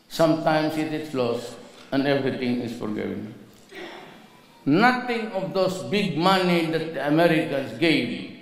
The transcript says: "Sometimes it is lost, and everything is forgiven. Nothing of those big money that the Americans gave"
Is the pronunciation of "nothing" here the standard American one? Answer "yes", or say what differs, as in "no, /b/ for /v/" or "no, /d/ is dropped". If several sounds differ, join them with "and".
no, /t/ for /θ/